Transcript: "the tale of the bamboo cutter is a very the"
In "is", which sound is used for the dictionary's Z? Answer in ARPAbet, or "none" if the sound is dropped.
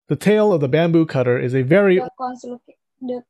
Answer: Z